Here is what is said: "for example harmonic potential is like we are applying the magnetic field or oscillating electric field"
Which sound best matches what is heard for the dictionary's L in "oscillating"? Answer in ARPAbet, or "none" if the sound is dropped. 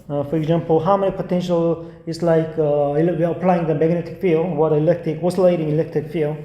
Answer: L